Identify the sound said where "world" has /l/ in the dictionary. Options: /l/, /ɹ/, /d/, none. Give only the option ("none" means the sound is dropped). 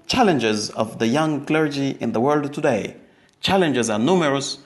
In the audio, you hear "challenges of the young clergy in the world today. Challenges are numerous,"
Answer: /l/